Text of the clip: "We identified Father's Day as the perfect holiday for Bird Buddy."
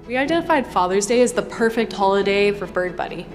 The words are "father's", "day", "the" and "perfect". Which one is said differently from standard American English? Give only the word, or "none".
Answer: none